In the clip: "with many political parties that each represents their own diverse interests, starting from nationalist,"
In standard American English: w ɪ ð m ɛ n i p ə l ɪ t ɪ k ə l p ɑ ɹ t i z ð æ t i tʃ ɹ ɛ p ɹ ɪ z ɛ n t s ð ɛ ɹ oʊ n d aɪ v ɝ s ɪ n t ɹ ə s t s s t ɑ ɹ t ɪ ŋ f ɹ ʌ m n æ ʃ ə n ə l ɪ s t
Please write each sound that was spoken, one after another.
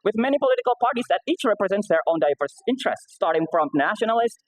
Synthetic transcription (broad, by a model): w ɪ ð m ɛ n i p ə l ɪ t ɪ k ə l p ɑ ɹ t i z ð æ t i tʃ ɹ ɛ p ɹ ɪ z ɛ n t s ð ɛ ɹ oʊ n d aɪ v ɝ s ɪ n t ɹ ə s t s s t ɑ ɹ t ɪ ŋ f ɹ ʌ m n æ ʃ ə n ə l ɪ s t